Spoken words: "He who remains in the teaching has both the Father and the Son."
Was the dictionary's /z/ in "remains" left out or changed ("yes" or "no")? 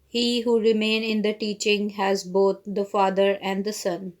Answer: yes